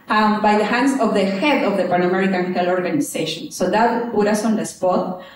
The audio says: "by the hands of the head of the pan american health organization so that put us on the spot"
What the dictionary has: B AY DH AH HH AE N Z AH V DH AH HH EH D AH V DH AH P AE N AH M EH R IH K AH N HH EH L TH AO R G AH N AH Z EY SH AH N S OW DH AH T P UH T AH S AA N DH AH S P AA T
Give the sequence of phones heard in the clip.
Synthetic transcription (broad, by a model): B AY DH AH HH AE N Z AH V DH AH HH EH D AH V DH AH P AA N AH M EH R IH K AH N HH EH L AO R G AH N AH S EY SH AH N S OW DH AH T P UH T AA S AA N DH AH S P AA T